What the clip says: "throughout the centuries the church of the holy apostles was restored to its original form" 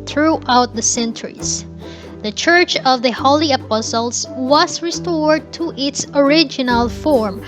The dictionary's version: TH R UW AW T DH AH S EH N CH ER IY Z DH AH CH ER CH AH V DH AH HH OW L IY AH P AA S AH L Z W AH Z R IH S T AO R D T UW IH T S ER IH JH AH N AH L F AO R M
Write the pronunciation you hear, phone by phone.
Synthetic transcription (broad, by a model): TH R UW AW T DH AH S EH N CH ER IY S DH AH CH ER CH AH V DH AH HH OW L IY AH P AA S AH L S W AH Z R IH S T AO R D T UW IH T S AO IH JH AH N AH L F AO R M